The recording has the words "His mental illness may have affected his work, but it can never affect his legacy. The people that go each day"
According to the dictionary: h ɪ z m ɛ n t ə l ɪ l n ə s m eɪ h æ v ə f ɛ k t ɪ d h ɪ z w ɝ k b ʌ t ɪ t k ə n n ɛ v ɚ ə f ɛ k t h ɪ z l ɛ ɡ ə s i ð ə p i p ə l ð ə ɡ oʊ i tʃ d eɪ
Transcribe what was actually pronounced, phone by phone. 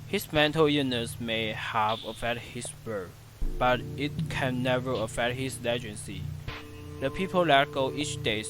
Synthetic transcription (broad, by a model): h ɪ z m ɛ n t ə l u n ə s m eɪ h æ v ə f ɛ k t h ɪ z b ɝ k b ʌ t ɪ t k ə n n ɛ v ɚ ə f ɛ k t h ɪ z l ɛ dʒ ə s i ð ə p i p ə l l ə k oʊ i tʃ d eɪ